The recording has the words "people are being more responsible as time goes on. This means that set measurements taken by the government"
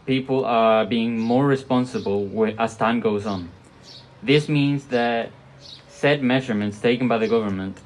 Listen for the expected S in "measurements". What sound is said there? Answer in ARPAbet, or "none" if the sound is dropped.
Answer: S